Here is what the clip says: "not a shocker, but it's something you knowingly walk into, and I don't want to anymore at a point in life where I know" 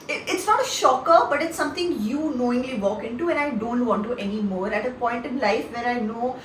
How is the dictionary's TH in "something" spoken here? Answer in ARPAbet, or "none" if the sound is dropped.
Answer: T